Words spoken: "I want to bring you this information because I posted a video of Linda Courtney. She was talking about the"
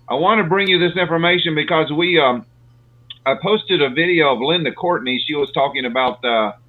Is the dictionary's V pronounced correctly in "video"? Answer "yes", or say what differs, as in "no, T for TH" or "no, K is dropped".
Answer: yes